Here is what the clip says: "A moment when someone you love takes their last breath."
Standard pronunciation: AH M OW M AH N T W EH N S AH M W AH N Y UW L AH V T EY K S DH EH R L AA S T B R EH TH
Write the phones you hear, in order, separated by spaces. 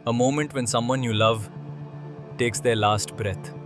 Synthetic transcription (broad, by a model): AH M OW M AH N T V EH N S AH M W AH N Y UW L AH V T EY K S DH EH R L AA S T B R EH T